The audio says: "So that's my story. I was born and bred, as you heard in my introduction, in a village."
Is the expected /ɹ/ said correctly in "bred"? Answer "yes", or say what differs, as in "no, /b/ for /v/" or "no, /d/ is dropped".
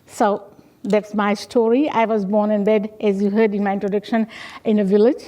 no, /ɹ/ is dropped